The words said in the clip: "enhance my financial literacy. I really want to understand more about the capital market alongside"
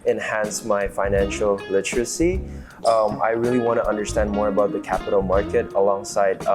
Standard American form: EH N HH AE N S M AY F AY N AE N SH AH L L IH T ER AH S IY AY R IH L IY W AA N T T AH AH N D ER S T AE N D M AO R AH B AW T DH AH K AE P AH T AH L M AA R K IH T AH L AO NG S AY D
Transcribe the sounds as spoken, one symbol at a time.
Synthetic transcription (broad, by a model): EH N HH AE N S M AY F AY N AE N SH AH L L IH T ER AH S IY AY R IH L IY W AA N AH T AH AH N D ER S T AE N D M AO R AH B AW T DH AH K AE P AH T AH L M AA R K IH T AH L AO NG S AY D